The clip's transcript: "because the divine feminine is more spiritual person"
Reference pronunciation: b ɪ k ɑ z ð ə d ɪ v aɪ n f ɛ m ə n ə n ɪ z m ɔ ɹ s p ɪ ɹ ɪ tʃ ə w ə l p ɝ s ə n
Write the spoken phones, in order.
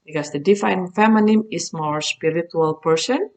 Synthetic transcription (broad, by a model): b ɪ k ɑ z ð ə d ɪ f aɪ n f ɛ m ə n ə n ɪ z m ɔ ɹ s p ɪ ɹ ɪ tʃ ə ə l p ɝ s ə n